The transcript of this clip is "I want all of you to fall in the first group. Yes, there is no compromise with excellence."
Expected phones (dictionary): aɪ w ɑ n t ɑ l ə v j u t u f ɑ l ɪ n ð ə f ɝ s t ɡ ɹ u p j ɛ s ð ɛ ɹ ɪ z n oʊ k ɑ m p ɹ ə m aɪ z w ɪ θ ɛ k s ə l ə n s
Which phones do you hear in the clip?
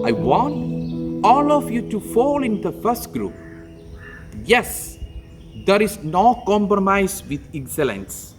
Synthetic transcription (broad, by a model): aɪ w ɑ n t ɑ l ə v j u t u f ɑ l ɪ n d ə f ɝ s t ɡ ɹ u p j ɛ s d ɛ ɹ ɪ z n oʊ k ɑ m p ɹ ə m aɪ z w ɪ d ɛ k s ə l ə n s